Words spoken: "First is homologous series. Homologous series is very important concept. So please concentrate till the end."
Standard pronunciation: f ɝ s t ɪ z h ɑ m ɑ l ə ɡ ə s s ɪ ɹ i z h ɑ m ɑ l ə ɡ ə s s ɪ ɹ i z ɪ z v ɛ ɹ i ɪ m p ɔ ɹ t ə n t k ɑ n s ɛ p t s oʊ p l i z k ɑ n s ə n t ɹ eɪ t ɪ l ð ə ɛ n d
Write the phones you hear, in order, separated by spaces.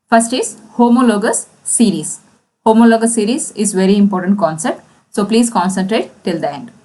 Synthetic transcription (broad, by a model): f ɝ s t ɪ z h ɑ m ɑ l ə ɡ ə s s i ɹ i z h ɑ m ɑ l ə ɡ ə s s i ɹ i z ɪ z v ɛ ɹ i ɪ m p ɔ ɹ t ə n t k ɑ n s ɛ p t s oʊ p l i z k ɑ n s ə n t ɹ eɪ t ɪ l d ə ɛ n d